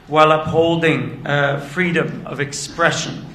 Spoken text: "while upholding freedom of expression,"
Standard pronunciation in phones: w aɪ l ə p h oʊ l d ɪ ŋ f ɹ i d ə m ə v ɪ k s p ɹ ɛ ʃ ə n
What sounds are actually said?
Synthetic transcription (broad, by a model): w aɪ l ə p h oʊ l d ɪ ŋ f ɹ i d ə m ə v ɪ k s p ɹ ɛ ʃ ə n